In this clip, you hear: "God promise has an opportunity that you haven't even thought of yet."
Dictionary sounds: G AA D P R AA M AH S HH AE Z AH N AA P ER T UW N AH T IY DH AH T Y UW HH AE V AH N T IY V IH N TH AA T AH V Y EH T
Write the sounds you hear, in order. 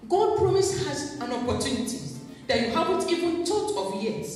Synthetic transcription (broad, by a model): G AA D P R AA M AH S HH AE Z AH N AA P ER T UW N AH T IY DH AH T Y UW HH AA V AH N T IY V IH N T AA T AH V Y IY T